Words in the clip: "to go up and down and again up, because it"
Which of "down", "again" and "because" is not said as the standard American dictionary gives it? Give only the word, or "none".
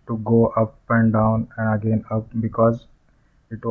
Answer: none